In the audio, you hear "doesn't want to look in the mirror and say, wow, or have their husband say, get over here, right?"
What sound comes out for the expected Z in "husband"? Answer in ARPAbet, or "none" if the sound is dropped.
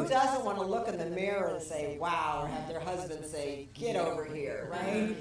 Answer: Z